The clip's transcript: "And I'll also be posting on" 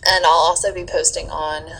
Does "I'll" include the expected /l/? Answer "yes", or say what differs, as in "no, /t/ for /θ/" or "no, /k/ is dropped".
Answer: yes